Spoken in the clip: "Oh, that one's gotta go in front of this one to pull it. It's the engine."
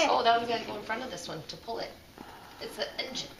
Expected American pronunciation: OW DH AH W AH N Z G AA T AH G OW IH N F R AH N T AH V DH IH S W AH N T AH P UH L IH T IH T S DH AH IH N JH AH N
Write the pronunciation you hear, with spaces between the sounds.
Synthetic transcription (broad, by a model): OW DH AH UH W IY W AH G OW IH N F R AH N T AH V DH IH S W AH N T AH P UH L IH T IH T S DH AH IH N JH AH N